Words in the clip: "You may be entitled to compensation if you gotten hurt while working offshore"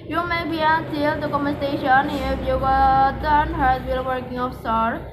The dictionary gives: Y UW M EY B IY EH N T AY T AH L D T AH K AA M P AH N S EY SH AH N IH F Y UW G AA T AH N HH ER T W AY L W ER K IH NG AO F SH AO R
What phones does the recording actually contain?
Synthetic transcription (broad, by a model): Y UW M EY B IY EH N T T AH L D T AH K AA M AH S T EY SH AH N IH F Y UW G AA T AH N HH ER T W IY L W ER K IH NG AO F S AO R